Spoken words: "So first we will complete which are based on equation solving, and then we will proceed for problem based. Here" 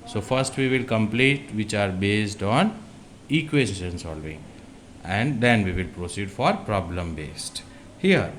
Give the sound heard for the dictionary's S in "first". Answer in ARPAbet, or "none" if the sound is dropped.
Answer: S